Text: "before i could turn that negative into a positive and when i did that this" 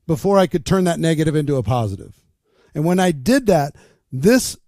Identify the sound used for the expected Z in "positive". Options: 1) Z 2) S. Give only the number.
1